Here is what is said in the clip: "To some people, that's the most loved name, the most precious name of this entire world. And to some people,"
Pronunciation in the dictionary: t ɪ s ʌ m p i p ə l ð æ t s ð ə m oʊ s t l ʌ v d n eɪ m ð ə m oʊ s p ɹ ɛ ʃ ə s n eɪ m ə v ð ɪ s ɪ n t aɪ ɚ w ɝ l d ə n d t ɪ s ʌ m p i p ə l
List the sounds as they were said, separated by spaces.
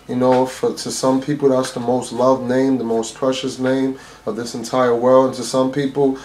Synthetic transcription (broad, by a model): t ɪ s ʌ m p i p l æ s ð ə m oʊ s t l ʌ v n eɪ m ð ə m oʊ s p ɹ ɛ ʃ ə s n eɪ m ə v ð ɪ s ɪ n t aɪ ɚ w ɝ l d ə n t ɪ s ʌ m p i p l